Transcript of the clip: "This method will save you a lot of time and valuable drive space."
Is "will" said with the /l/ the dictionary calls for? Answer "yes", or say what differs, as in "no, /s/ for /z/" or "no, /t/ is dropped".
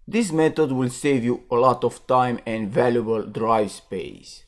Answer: yes